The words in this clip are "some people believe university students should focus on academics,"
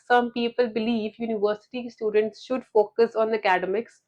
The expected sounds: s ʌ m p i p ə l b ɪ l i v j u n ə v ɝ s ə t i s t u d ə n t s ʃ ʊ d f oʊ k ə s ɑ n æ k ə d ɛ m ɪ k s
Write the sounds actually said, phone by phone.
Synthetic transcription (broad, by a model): s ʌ m p i p ə l b ɪ l i v j u n ə v ɝ s ə t i s t u d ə n t s ʃ ʊ d f oʊ k ə s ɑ n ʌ k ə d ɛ m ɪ k s